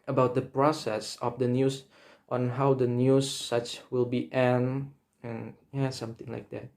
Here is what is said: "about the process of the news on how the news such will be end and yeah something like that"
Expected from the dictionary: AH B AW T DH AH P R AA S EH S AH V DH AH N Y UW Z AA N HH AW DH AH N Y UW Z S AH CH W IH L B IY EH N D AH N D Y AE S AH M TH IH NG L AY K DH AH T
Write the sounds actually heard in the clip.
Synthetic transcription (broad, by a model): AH B AW T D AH P R AA S EH S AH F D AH N Y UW S AA N HH AW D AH N Y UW S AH CH W IH L B IY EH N AH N Y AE S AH M T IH NG L AY K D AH T